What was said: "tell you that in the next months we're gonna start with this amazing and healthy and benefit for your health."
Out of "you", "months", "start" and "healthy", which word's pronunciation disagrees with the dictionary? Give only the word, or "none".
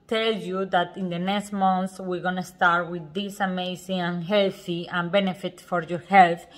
months